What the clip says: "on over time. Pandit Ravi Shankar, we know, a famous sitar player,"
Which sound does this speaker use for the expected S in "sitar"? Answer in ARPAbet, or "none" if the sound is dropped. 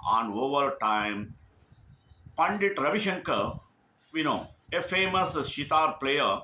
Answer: SH